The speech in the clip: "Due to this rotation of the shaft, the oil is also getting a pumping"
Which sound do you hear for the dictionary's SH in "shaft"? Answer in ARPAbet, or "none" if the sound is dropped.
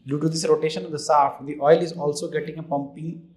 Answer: S